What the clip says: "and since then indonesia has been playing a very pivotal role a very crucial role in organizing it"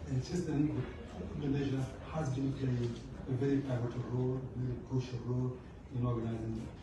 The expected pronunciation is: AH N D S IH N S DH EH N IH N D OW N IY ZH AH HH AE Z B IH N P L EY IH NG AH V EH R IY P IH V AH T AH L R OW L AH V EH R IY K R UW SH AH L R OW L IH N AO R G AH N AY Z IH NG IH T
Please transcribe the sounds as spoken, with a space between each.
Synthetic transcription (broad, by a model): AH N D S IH S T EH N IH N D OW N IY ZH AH HH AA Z B IH N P L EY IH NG AH V EH R IY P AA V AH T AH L R OW L AH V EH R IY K UW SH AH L R OW L IH N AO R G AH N AY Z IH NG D